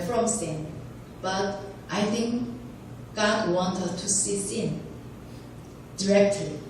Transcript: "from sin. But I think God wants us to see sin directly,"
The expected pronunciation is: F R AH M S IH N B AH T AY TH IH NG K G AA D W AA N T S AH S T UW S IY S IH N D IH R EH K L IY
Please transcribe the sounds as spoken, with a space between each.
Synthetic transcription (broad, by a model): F R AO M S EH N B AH T AY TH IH NG K G AA D W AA N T AH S T UW S IY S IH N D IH R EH K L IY